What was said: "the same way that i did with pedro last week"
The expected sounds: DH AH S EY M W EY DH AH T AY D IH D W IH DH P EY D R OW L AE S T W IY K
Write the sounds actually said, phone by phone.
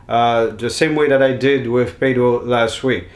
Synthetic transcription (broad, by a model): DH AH S EY M W EY DH AH T AY D IH D W IH DH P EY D W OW L AE S T W IY K